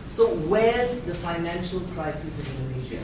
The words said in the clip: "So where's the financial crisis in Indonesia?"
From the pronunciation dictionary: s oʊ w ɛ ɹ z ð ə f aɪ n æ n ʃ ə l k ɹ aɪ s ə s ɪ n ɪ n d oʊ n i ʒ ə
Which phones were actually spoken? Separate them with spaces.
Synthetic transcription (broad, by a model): s oʊ w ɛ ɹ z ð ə f aɪ n æ n ʃ ə l k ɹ aɪ s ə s ɪ n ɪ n d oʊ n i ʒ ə